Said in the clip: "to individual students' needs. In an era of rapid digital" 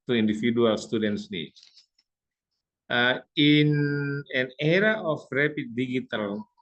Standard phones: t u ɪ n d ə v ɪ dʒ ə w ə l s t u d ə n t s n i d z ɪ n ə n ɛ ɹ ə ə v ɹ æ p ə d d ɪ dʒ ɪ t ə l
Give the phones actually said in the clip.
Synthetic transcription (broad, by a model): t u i n d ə f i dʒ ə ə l s t u d ə n t s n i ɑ ɪ n ə n ɛ ɹ ə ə f ɹ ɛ p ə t d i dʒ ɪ t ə l